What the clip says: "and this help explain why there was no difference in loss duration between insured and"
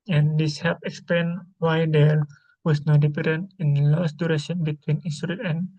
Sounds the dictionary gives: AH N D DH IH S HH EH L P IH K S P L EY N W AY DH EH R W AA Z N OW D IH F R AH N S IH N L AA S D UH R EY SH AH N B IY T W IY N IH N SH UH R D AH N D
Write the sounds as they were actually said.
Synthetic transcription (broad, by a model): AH N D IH S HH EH P IH K S P L EY N W AY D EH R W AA S N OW D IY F R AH N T IH N L AA S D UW R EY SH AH N B IY T W IY N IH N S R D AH N